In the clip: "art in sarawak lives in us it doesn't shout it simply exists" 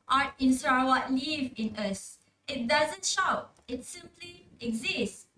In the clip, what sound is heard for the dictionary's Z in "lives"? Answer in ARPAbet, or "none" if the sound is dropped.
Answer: none